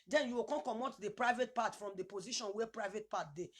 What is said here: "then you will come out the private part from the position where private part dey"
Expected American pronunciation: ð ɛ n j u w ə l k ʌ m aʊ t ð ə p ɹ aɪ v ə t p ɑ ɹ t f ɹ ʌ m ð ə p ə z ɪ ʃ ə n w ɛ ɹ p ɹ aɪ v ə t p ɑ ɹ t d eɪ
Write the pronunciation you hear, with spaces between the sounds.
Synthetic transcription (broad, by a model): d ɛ n j u w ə n k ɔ m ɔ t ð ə p ɹ aɪ v ə t p ɑ t f ɹ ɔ m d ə p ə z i ʃ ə n w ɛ p ɹ aɪ v ə t p ɑ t d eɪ